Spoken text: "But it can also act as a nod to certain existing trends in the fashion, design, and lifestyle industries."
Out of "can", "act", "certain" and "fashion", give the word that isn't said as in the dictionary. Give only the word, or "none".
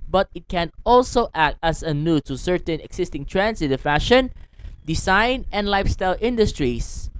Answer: none